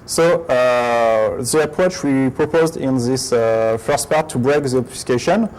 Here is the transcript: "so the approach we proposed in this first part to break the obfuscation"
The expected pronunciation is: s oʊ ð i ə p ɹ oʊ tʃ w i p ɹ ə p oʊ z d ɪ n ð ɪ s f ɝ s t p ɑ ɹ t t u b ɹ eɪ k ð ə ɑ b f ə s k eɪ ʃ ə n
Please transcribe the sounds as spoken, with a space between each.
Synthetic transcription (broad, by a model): s oʊ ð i ə p ɹ oʊ tʃ w i p ɹ ə p oʊ z d ɪ n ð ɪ s f ɝ s t p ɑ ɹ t t u b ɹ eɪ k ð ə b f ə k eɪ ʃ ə n